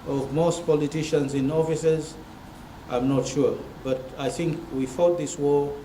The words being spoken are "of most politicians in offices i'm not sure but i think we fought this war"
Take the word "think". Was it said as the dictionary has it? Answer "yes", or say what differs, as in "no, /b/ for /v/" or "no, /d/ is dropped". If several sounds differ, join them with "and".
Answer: yes